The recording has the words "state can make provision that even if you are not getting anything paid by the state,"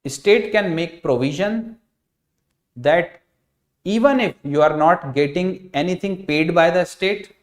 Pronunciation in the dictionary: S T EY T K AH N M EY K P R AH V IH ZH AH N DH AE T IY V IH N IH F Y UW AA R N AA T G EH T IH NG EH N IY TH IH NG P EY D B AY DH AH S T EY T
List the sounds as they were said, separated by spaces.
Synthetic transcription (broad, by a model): S T EY T K AH N M EY K P R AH V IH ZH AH N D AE T IY V IH N IH F Y UW AA R N AA T G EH T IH NG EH N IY T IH NG P EY D B AY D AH S T EY T